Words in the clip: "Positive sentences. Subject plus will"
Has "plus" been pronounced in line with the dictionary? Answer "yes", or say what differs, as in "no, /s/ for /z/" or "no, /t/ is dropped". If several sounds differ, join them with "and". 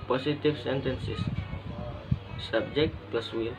yes